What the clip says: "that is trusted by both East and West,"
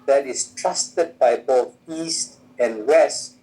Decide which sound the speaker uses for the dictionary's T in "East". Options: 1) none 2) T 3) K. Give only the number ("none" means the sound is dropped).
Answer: 2